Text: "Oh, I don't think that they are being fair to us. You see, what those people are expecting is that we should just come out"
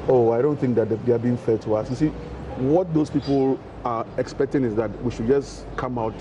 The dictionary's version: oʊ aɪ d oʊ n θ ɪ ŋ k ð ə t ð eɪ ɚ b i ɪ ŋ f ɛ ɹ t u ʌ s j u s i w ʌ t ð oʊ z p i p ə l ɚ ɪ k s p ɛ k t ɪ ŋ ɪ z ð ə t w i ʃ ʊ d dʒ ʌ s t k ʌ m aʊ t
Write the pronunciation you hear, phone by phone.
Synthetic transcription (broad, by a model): oʊ aɪ d oʊ n θ ɪ ŋ k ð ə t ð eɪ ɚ b i ɪ ŋ f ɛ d t u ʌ s j u s i w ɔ t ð oʊ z p i p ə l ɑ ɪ k s p ɛ k t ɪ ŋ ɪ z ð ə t w i ʃ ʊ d dʒ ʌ s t k ʌ m aʊ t